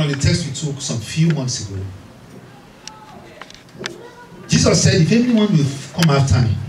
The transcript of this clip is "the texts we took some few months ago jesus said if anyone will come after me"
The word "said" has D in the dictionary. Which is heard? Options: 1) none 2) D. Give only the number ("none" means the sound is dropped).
2